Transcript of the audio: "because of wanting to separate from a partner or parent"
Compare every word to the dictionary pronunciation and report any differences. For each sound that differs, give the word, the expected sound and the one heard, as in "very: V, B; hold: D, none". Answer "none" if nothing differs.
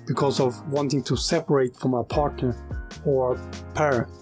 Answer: none